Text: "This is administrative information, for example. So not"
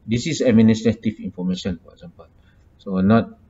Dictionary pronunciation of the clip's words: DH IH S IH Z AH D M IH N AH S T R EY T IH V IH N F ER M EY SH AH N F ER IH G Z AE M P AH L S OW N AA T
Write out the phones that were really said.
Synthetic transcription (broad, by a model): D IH S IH S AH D M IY N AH S T R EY T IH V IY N F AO M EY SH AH N F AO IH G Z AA M P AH L S OW N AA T